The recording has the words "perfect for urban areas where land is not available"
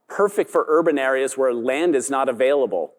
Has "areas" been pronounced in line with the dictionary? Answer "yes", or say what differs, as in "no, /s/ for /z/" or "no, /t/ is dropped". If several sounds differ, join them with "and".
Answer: yes